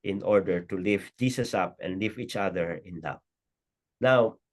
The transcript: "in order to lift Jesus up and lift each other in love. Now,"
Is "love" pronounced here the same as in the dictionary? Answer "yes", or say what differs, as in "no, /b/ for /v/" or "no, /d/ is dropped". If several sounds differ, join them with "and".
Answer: no, /p/ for /v/